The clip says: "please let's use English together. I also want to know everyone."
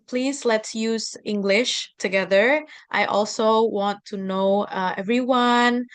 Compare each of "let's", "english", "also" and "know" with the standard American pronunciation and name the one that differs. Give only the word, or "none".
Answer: none